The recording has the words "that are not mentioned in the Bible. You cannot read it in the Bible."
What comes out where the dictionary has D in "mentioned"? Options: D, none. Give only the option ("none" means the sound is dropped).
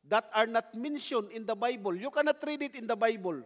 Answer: none